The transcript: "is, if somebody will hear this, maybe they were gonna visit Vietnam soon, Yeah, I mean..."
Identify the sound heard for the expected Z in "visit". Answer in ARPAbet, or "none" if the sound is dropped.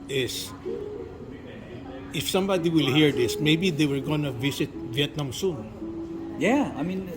S